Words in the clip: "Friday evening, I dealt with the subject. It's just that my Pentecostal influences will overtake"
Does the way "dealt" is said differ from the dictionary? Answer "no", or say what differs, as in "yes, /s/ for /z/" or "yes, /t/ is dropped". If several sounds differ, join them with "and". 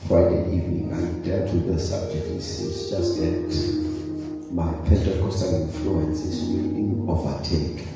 yes, /l/ is dropped